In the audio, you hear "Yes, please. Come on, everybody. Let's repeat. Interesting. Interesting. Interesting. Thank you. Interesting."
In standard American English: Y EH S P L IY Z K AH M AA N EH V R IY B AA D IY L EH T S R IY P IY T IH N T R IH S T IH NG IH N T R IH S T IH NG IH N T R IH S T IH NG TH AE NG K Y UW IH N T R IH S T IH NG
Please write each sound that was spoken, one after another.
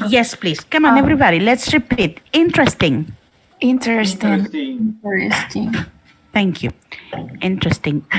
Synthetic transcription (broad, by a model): Y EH S P L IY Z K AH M AA N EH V R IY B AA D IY L EH T S R IY P IY T IH N T R IH S T IH NG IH N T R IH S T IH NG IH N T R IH S T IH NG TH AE NG K Y UW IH N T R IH S T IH NG